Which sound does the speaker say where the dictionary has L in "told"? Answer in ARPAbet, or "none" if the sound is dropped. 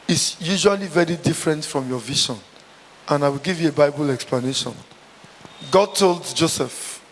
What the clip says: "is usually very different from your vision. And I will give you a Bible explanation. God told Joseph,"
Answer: L